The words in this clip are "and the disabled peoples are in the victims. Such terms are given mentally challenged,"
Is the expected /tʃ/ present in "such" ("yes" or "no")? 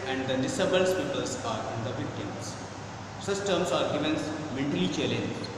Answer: no